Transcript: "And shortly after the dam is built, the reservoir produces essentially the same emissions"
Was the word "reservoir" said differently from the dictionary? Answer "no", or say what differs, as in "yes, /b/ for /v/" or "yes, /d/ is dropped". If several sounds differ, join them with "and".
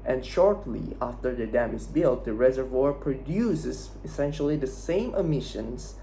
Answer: no